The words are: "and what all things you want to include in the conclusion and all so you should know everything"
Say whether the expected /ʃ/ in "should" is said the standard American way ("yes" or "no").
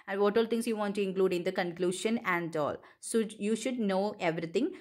yes